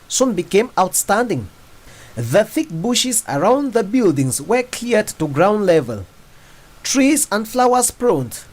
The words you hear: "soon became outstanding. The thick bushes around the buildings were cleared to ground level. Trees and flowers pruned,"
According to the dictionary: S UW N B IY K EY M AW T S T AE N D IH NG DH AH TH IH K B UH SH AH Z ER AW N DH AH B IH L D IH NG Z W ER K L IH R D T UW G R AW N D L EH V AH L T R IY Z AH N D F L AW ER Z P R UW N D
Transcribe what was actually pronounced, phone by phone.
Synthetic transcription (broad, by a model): S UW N B IY K EY M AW T S T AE N D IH NG DH AH TH IH K B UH SH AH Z ER AW N DH AH B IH L D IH NG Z W ER K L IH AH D T UW G R AW N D L EH V AH L T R IY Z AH N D F L AW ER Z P R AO N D